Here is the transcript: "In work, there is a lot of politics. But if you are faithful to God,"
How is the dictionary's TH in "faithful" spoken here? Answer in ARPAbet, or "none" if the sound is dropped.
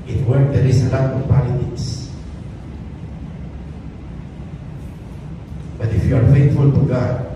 T